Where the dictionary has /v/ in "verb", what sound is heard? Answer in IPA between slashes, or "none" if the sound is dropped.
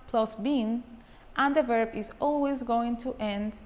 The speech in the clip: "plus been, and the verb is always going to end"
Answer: /v/